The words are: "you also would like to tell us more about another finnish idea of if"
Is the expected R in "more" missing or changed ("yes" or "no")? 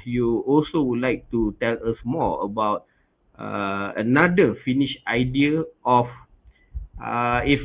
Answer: yes